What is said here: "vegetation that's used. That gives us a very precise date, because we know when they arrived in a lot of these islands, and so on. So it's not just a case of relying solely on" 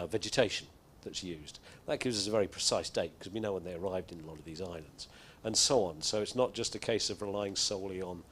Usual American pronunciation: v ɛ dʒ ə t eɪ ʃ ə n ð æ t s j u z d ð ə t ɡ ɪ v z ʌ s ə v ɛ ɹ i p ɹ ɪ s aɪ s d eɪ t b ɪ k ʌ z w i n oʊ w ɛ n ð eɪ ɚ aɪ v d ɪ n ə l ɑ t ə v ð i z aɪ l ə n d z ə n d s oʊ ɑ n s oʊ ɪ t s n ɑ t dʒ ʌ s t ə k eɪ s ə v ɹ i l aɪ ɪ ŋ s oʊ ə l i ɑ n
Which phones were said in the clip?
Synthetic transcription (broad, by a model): v ɛ dʒ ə t eɪ ʃ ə n ð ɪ t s j u z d ð ə t ɡ ɪ v z ʌ s ə v ɛ ɹ i p ɹ ɪ s aɪ s d eɪ t k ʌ z w i n oʊ w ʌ n ð eɪ ɚ aɪ v d ɪ n ə l ɑ t ə v ð i z aɪ l ə n d z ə n s oʊ ɑ n s oʊ ɪ t s n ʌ t dʒ ʌ s t ə k eɪ s ə v ɹ i l aɪ ɪ ŋ s oʊ ə l i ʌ n